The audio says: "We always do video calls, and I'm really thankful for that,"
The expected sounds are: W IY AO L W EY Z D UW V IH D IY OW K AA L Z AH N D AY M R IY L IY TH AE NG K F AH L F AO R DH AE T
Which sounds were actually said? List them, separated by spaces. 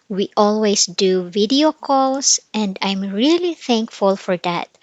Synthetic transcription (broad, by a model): W IY AO L W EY S D UW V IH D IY OW K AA L S AH N D AY M R IY L IY TH AE NG K F AH L F AO R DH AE T